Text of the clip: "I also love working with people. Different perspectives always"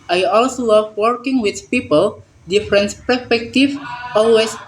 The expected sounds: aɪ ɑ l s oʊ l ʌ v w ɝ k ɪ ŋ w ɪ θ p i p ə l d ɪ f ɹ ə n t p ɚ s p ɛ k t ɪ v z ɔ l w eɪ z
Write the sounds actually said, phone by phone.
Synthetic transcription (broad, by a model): aɪ ɑ l s oʊ l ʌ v w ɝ k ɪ ŋ w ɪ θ p i p ə l d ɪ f ɹ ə n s p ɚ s p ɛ k t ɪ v ɔ l w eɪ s